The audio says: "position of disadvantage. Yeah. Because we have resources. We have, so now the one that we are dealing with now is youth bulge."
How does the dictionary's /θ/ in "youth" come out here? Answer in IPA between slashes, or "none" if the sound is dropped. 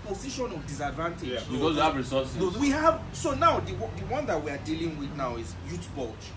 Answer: /t/